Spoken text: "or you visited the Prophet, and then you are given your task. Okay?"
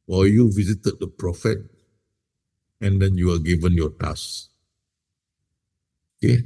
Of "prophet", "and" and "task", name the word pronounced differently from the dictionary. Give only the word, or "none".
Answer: task